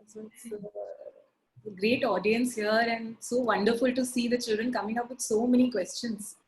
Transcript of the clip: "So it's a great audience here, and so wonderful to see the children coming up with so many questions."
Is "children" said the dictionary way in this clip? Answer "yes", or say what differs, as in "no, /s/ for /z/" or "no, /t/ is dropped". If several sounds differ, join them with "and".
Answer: yes